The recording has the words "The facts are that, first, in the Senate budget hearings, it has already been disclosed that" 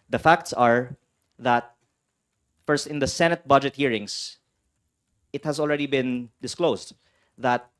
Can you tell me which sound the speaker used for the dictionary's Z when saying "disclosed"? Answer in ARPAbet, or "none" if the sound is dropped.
S